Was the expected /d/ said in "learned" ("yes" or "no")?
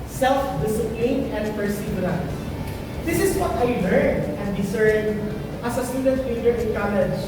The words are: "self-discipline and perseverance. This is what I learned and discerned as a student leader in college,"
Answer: no